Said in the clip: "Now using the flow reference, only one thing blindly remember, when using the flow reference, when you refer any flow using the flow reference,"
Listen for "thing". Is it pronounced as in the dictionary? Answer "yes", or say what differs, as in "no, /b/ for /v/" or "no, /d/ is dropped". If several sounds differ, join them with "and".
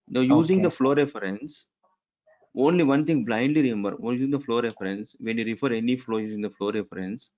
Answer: no, /t/ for /θ/